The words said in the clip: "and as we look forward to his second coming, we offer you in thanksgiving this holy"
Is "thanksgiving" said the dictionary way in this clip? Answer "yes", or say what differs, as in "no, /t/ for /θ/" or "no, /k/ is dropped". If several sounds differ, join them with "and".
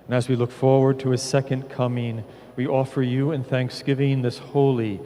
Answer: yes